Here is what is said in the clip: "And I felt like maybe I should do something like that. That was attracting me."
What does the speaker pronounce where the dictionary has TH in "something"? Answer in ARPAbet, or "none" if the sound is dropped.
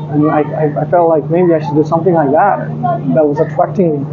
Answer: TH